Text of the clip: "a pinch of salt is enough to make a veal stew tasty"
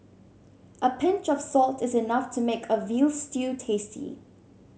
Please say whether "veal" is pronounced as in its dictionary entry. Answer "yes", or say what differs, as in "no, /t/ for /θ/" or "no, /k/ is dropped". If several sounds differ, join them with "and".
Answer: yes